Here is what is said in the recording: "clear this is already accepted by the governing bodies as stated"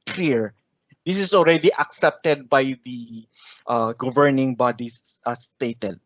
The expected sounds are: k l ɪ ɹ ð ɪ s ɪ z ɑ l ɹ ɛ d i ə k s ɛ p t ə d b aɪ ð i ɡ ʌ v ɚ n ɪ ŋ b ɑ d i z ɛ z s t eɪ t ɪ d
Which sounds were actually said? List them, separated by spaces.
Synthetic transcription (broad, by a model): k l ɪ ɹ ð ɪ s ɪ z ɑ l ɹ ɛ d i ə k s ɛ p t ə d b aɪ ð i ɡ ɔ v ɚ n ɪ ŋ b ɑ d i s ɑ s t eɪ t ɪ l